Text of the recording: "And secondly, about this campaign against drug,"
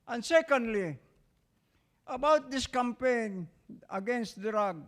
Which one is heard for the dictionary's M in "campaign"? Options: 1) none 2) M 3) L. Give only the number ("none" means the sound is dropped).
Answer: 2